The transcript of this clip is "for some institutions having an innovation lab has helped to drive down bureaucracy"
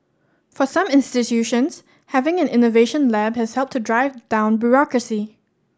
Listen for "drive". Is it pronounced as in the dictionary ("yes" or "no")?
yes